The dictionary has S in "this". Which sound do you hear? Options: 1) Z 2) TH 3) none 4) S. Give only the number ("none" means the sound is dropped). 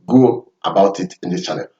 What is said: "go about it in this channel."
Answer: 3